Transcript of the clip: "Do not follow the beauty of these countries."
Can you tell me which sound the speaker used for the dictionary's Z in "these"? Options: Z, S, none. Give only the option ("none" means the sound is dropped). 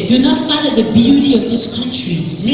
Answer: S